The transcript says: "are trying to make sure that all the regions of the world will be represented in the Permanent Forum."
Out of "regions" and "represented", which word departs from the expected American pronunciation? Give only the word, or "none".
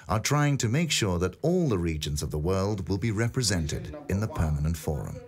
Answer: none